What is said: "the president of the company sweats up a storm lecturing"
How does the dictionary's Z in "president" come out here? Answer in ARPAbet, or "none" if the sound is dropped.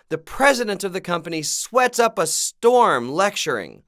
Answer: Z